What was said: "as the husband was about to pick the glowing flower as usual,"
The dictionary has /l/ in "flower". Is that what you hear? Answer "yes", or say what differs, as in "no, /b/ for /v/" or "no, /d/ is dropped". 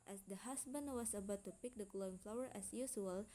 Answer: yes